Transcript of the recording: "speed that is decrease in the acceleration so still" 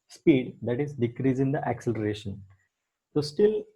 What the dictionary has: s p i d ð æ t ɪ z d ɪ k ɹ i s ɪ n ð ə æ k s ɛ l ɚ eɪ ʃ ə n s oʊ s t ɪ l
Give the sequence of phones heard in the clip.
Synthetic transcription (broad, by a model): s p i d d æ t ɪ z d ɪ k ɹ i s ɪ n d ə æ k s ɛ l ɚ eɪ ʃ ə n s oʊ s t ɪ l